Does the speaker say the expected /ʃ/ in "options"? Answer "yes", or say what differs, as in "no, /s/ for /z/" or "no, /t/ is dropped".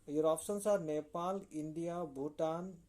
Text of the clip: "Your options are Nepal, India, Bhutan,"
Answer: no, /s/ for /ʃ/